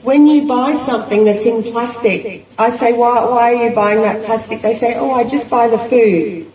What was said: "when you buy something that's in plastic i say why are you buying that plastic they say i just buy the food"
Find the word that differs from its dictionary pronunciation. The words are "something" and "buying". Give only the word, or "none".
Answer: none